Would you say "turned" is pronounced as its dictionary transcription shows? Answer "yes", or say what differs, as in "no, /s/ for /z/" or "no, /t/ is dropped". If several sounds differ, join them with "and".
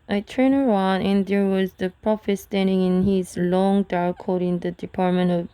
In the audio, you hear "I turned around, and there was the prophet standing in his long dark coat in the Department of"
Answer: no, /d/ is dropped